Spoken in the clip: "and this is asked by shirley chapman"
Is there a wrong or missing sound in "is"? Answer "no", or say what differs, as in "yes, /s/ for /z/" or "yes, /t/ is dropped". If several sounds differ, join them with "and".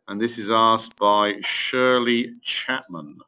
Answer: no